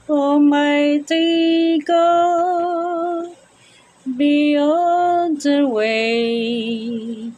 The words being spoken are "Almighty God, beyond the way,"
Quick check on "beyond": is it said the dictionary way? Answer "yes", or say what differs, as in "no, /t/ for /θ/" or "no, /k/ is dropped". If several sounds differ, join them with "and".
no, /n/ is dropped